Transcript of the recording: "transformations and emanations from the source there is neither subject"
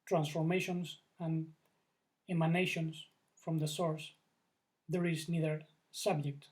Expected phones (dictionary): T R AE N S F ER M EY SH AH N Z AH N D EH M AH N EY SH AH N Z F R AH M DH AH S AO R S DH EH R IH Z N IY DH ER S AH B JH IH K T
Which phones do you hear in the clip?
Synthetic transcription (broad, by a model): T R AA N S F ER M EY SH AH N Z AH N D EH M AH N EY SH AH N S F R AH M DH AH S AO R S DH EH R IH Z N IY DH ER S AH B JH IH K T